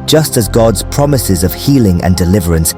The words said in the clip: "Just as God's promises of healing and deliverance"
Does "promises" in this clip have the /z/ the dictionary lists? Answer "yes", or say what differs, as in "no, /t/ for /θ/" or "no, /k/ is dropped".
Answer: yes